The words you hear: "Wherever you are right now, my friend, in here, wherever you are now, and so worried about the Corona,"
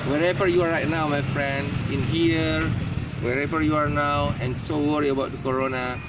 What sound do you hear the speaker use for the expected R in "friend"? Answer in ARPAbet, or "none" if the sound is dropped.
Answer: R